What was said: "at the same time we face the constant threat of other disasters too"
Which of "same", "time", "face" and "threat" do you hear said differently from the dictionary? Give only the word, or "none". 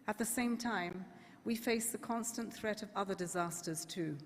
none